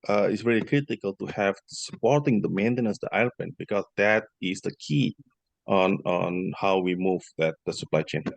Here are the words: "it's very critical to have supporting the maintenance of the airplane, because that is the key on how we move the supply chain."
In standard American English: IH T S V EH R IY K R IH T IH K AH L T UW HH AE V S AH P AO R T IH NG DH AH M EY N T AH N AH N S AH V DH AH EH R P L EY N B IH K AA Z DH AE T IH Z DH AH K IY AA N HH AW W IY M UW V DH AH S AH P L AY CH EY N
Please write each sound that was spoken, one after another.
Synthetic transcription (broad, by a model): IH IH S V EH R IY K R IH T IH K AH L T UW HH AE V S AH P AO R T IH NG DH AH M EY N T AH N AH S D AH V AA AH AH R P EY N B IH K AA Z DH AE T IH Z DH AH K IY AA N HH AW W IY M UW V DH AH S AH P L AY CH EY N